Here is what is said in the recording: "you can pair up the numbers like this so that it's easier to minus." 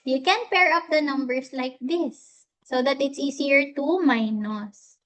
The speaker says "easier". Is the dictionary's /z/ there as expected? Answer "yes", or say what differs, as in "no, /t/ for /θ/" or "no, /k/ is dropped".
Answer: no, /s/ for /z/